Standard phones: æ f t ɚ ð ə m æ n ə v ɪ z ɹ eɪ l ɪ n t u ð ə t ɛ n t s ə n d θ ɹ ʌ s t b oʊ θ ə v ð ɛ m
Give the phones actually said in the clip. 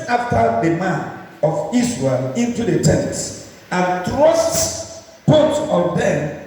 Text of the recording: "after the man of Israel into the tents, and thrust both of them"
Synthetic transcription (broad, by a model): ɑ f t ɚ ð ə m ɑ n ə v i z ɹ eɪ l ɪ n t u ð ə t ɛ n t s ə n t ɹ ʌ s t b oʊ t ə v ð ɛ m